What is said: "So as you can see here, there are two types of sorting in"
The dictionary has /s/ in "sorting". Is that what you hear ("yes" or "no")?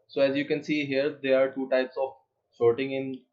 no